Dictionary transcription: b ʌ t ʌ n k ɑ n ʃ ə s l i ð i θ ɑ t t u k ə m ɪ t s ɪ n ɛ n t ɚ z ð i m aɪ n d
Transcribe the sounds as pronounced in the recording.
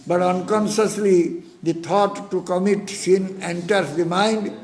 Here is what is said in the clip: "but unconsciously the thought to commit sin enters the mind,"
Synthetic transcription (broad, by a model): b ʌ t ʌ n k ɑ n ʃ ə s l i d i t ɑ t t u k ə m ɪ t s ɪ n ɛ n t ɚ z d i m aɪ n d